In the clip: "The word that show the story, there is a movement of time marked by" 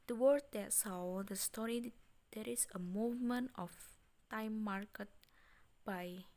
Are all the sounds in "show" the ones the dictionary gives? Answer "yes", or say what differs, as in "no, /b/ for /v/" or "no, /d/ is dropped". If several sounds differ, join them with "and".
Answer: no, /s/ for /ʃ/